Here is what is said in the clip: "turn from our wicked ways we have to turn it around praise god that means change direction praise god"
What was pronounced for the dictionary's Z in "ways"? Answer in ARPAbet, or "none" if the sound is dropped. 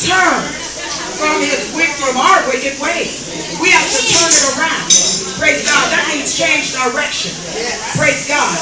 none